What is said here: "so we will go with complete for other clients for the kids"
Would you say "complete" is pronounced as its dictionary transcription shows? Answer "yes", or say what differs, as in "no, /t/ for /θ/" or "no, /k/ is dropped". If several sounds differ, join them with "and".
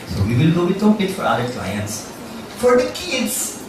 no, /l/ is dropped